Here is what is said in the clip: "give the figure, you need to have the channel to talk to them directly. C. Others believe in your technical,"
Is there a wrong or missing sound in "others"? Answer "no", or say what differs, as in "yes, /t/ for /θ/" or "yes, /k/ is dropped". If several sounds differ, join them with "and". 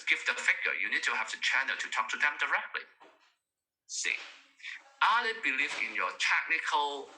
yes, /z/ is dropped